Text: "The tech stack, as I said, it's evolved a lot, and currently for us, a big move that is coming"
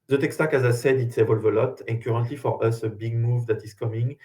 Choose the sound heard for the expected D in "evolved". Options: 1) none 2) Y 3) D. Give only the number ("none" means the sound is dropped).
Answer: 1